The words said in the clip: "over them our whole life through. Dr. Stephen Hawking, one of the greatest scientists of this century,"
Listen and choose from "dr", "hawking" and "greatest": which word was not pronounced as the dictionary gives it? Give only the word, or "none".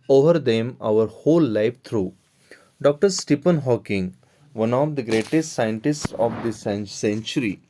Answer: none